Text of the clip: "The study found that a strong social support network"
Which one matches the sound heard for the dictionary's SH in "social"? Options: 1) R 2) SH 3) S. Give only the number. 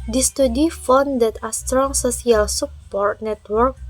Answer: 3